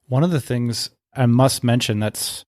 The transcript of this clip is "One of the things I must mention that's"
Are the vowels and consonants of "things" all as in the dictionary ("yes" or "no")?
yes